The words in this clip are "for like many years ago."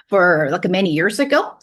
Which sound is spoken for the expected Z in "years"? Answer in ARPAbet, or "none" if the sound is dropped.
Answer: Z